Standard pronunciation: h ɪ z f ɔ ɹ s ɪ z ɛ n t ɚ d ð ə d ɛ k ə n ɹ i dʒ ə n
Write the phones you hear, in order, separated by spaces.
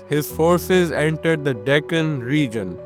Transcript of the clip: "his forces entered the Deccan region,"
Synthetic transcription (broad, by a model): h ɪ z f ɔ ɹ s ɪ z ɛ n t ɚ d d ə d ɛ k ə n ɹ i dʒ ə n